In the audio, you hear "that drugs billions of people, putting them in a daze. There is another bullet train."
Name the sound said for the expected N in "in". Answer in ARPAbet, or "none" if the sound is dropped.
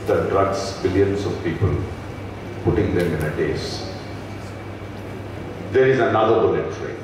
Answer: N